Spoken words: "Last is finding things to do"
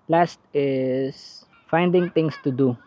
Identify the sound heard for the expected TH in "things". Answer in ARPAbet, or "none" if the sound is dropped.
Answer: T